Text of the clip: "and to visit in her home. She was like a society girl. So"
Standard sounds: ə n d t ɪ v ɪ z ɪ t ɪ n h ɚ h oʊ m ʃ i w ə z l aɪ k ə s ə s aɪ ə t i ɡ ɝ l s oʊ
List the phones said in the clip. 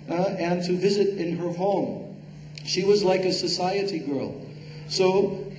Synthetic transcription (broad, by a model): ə n t ɪ v ɪ z ɪ t ɪ n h ɚ h oʊ m ʃ i w ə z l aɪ k ə s ə s aɪ ə t i ɡ ɝ l s oʊ